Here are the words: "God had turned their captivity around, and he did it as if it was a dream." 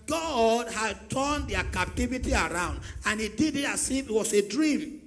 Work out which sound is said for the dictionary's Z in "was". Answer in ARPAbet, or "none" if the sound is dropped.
S